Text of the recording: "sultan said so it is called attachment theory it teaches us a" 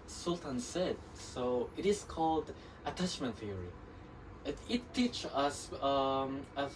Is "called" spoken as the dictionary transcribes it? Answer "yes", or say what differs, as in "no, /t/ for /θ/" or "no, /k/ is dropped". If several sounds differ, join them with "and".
yes